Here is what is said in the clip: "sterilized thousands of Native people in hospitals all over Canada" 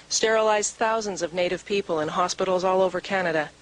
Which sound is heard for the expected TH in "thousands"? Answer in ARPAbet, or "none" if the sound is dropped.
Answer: TH